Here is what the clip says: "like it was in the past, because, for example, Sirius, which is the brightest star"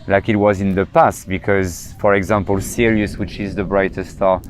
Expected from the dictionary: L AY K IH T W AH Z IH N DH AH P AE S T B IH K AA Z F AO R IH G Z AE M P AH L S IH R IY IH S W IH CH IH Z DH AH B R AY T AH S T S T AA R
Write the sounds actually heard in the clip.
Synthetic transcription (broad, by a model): L AY K IH T W AH Z IH N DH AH P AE S T B IH K AA Z F AO R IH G Z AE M P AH L S IH R IY IH S W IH CH IH Z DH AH B R AY T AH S S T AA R